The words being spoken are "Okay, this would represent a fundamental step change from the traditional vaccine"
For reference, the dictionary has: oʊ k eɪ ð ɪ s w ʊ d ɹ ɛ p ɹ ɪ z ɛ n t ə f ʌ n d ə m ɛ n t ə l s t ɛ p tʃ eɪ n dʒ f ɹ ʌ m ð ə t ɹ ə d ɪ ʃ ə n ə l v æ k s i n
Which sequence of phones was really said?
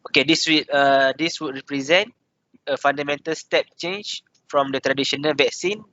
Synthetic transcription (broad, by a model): oʊ k eɪ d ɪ s w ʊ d ɹ ɛ p ɹ ɪ z ɛ n t ə f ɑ n d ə m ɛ n t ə l s t ɛ p tʃ eɪ n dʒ f ɹ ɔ m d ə t ɹ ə d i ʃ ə n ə l v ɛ k s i n